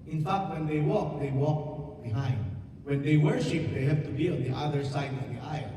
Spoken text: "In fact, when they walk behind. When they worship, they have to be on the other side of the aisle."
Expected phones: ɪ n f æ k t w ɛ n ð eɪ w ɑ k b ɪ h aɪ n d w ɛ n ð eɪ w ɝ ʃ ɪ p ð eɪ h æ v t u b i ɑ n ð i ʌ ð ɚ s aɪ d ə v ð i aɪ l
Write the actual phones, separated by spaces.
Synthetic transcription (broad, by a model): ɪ n f æ k t w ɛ n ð eɪ w ɑ k b ɪ h aɪ n d w ɛ n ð eɪ w ɝ ʃ ɪ p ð eɪ h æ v t u b i ɑ n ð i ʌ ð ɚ s aɪ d ə v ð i aɪ